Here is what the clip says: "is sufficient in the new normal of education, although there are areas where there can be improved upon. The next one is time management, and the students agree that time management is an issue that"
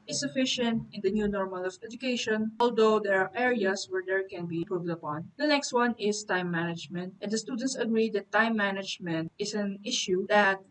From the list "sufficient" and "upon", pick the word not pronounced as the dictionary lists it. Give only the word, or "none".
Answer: none